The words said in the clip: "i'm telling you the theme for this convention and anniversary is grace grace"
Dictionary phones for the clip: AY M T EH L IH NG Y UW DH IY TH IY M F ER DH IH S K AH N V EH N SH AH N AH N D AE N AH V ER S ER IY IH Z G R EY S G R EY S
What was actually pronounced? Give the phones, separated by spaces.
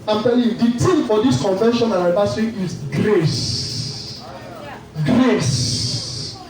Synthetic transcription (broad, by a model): AY M T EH L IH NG Y UW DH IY T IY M F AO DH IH S K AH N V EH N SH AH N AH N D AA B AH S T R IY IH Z G R EY S G R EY S